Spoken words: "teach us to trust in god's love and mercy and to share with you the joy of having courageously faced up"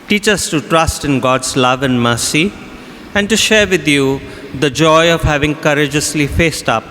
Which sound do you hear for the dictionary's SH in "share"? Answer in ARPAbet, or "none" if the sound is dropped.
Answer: SH